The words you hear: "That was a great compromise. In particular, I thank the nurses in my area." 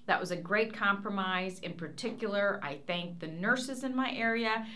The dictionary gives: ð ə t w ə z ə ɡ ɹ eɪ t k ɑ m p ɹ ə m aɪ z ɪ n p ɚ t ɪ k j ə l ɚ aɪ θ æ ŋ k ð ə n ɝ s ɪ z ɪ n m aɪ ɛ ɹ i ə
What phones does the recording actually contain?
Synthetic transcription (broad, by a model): ð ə t w ə z ə ɡ ɹ eɪ t k ɑ m p ɹ ə m aɪ z ɪ n p ɚ t ɪ k j l ɚ aɪ θ æ ŋ k ð ə n ɝ s ɪ z ɪ n m aɪ ɛ ɹ i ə